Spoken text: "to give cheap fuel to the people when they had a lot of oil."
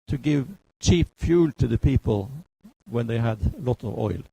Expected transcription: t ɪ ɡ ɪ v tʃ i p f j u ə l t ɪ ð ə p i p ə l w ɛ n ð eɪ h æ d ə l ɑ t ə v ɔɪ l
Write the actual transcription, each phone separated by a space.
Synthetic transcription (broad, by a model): t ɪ ɡ ɪ v tʃ i p f j u l t ɪ ð ə p i p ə l w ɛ n ð eɪ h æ d ə l ɑ t ə v ɔɪ l